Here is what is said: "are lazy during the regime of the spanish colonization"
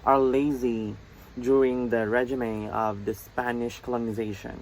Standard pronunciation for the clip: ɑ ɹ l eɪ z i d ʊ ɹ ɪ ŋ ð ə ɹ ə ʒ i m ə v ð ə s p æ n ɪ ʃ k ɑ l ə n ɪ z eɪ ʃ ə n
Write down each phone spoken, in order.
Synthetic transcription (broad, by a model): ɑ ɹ l eɪ z i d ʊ ɹ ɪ ŋ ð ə ɹ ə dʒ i m ə v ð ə s p æ n ɪ ʃ k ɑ l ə n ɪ z eɪ ʃ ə n